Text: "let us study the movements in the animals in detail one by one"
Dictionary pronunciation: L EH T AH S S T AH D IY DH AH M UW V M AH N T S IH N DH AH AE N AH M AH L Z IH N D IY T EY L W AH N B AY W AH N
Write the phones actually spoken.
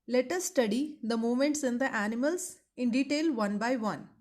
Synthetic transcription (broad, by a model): L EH T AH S S T AH D IY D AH M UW M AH N T S IH N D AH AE N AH M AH L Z IH N D IY T EY L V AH N B AY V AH N